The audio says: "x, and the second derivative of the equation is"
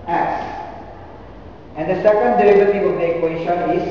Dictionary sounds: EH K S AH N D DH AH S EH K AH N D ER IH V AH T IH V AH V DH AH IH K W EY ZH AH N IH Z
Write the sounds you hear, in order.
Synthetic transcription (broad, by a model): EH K S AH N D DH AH S EH K AH N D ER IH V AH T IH AH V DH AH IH K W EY SH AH N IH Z